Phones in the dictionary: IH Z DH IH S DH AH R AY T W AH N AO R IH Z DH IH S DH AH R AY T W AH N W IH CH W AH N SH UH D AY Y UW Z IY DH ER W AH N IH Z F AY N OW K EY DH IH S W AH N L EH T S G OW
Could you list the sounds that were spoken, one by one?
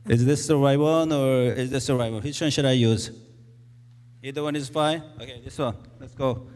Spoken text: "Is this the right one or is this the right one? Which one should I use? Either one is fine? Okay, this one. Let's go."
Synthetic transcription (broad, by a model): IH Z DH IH S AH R AY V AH N AO R IH Z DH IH S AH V AY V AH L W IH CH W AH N SH UH D AY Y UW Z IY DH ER W AH N IH Z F AY OW K EY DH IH S W AH N L EH T S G OW